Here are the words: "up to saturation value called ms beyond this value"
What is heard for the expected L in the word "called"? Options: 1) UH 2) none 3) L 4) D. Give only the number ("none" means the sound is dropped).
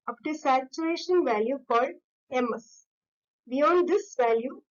2